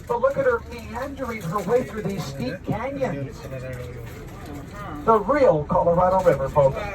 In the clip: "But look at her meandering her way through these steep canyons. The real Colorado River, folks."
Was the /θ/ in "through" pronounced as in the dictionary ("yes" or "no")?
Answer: yes